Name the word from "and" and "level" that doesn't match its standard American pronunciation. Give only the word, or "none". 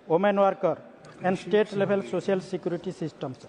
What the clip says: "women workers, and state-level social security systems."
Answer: level